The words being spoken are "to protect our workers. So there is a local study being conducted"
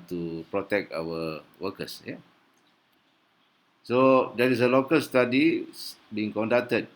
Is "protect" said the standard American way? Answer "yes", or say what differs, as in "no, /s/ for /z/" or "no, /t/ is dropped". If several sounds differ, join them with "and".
yes